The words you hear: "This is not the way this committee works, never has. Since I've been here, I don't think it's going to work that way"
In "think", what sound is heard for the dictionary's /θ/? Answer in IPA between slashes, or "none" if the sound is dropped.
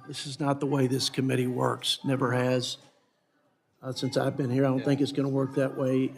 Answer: /θ/